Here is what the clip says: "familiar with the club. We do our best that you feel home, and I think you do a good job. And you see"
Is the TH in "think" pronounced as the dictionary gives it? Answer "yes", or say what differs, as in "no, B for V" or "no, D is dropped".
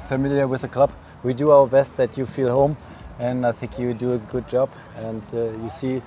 yes